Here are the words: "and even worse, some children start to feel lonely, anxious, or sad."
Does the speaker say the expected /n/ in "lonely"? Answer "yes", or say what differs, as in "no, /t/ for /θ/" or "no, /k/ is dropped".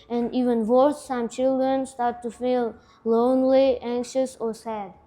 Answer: yes